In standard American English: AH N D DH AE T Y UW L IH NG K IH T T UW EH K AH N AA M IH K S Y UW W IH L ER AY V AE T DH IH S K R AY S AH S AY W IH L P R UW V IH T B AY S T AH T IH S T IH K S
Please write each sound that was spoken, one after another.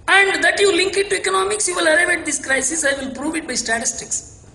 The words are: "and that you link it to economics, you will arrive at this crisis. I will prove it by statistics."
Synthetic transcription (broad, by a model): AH N D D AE T Y UW L IH NG K IH T T UW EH K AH N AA M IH K S Y UW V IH L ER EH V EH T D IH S K R AY S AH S AY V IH L P R UW V IH T B AY S T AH T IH S T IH K S